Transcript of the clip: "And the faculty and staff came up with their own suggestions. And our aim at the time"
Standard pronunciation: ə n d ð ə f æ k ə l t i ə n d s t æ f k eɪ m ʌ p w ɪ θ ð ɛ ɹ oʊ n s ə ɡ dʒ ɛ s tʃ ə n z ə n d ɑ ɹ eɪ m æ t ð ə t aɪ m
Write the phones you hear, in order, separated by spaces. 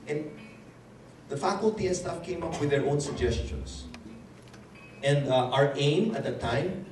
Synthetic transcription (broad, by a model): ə n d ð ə f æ k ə l t i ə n s t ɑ f k eɪ m ʌ p w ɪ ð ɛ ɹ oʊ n s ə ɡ dʒ ɛ s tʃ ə n s ə n d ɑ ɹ eɪ m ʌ t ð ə t aɪ m